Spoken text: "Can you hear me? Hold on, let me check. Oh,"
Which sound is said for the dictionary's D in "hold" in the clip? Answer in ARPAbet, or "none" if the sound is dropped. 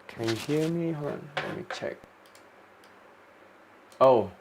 none